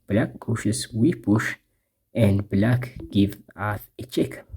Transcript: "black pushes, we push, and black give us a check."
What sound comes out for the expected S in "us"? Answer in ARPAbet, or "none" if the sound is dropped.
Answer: TH